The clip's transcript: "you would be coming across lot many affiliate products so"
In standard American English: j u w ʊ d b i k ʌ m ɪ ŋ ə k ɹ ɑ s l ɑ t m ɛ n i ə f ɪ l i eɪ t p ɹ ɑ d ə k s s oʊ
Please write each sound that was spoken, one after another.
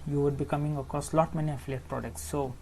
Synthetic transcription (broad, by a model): j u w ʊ d b i k ʌ m ɪ ŋ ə k ɑ s l ɑ t m ɛ n i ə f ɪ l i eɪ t p ɹ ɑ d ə k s s oʊ